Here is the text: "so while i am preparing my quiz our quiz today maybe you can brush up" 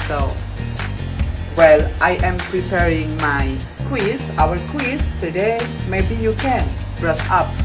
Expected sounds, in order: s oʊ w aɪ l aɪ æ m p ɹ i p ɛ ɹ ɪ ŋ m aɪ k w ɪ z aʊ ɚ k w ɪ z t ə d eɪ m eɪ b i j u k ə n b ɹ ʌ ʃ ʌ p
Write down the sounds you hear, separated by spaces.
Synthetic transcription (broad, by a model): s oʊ w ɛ l aɪ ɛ m p ɹ i p ɛ ɹ ɪ ŋ m aɪ k w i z aʊ ɚ k w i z t ə d eɪ m eɪ b i j u k ə n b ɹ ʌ s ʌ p